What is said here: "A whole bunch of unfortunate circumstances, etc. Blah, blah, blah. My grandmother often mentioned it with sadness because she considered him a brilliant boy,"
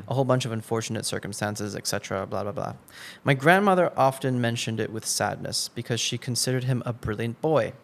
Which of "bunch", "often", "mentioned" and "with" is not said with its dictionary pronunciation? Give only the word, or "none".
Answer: none